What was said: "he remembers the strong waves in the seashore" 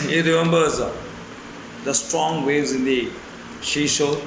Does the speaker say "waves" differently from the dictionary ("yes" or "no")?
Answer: yes